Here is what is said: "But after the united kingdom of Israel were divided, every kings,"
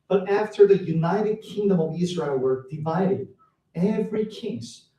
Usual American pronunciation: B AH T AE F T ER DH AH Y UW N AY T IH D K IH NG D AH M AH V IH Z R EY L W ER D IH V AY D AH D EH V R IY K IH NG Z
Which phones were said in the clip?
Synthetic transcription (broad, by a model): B AH T AE F T ER DH AH Y UW N AY T IH D K IH NG D AH M AH V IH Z R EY L W ER D IH V AY D AH D EH V R IY K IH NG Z